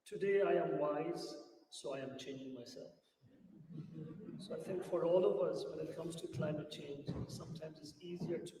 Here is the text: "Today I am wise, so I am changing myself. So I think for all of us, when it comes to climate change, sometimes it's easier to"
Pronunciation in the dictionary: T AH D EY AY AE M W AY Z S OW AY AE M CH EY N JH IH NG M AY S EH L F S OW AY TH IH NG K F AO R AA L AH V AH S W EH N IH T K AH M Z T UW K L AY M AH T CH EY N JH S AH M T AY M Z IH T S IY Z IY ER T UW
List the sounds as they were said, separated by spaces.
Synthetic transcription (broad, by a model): T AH D EY AY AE M W AY Z S OW AY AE M CH EY N JH IH NG M AY S EH L F S OW AY T IH NG K F AO R AA L AH V AH S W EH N IH T K AH M Z T UW K L AY M AH T CH EY N JH S AH M T AY M Z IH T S IY Z IY ER T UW